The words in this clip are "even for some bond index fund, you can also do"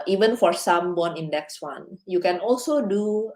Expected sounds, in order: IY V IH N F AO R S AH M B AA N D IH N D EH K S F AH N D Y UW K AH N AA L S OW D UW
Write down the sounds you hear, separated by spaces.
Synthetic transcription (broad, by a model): IY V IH N F AO R S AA M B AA N IH N D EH K S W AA N Y UW K AH N AA L S OW D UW